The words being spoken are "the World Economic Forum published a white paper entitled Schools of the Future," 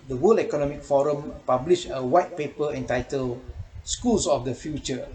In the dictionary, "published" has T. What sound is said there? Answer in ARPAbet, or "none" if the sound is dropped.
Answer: none